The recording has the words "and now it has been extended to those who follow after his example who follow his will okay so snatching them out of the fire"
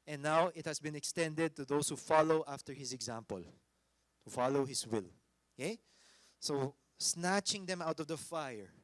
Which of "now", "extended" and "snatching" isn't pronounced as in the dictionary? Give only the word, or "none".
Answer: none